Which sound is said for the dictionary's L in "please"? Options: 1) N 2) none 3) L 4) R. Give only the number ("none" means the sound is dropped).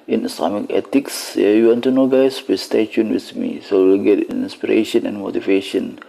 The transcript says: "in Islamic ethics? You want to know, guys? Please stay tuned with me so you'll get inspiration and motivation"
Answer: 2